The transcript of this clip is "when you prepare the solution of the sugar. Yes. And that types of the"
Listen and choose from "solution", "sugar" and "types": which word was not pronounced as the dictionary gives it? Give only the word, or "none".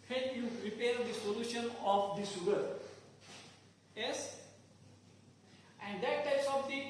sugar